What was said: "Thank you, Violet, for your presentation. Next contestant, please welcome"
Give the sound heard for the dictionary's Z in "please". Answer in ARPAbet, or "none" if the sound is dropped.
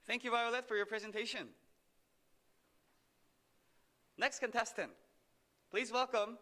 Z